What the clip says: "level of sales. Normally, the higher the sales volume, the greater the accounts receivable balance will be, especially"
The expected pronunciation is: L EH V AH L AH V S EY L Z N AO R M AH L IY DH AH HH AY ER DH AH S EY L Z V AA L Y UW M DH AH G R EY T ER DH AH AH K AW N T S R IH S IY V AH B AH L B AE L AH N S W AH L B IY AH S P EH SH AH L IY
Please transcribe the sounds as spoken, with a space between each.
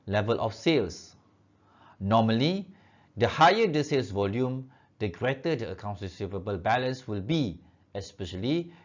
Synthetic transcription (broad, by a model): L EH V AH L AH F S EY L S N AO M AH L IY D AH HH AY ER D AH S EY L S V AA L Y UW M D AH G R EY T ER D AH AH K AW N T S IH S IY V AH B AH L B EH L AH N S W AH L B IY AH S P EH SH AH L IY